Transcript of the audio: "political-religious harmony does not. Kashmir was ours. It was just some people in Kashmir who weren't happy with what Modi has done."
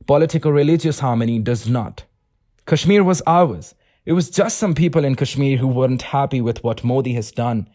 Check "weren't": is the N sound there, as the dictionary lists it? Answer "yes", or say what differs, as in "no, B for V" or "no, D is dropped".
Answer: yes